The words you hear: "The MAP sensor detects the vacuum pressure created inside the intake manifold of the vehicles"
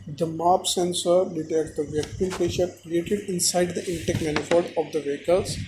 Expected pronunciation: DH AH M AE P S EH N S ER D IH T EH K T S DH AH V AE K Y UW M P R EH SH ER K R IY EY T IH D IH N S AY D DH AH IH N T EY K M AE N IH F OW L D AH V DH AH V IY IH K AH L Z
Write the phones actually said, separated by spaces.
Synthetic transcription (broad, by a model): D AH M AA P S EH N S ER D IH T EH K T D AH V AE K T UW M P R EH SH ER K R IY EY T IH D IH N S AY D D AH IH N T EY K M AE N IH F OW D AH V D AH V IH K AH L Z